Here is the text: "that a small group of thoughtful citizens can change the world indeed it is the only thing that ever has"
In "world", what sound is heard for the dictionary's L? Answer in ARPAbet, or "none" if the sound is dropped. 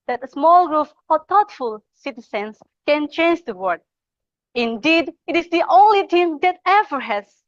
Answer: none